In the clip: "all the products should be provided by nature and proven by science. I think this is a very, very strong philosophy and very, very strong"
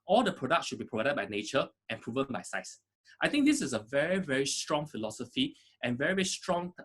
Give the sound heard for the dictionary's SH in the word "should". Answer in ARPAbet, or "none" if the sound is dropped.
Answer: SH